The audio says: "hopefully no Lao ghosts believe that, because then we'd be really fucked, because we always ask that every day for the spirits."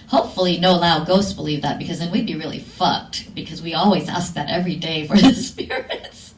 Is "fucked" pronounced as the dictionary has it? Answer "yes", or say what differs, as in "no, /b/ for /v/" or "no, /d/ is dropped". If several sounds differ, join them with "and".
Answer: yes